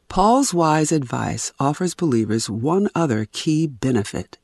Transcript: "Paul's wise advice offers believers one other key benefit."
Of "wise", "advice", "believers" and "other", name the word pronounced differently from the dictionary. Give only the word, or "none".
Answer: none